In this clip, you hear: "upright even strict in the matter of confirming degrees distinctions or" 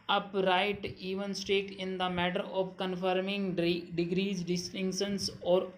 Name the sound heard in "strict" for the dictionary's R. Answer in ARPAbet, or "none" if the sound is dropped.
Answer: none